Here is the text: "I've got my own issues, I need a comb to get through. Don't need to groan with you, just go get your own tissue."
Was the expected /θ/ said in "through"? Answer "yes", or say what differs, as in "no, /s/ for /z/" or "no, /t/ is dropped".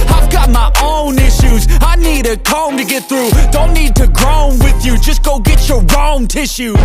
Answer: yes